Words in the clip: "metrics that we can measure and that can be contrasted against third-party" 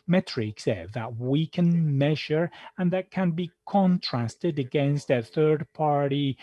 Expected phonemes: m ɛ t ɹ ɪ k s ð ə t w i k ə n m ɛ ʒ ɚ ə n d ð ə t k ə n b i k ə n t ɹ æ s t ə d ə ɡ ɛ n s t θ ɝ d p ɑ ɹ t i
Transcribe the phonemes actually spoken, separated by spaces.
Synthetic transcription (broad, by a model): m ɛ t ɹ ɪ k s ð ə t w i k ə n m ɛ ʒ ɚ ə n ð ə t k ə n b i k ə n t ɹ æ s t ə d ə ɡ ɛ n s t θ ɝ d p ɑ ɹ t i